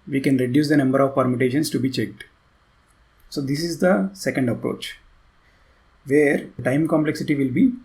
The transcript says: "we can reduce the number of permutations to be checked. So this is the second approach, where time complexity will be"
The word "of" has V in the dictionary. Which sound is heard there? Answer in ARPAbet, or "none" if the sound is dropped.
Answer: V